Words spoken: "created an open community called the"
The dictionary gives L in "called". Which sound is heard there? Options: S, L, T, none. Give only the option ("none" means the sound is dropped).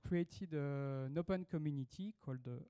L